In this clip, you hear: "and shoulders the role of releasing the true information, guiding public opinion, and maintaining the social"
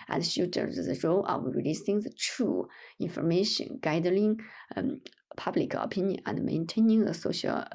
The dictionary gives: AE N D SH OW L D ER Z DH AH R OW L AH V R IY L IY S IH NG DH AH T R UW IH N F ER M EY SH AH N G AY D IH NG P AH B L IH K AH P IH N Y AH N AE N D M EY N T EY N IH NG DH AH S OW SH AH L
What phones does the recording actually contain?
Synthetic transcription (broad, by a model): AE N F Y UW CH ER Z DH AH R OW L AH W R IY L IY S IH NG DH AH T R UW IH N F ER M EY SH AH N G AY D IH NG P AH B L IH K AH P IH N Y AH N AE N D M EY N T EY N IH NG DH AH S OW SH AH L